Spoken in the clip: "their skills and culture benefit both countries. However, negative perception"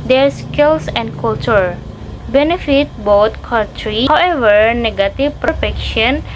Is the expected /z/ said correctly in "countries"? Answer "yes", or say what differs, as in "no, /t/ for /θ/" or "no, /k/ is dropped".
no, /z/ is dropped